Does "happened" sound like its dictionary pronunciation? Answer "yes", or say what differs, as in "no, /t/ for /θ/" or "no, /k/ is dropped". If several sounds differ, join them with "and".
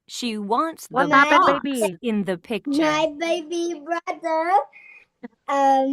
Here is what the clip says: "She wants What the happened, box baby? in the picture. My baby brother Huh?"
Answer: no, /p/ is dropped